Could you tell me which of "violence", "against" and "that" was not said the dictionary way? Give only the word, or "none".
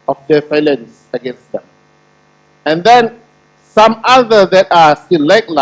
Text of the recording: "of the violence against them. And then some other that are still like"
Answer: violence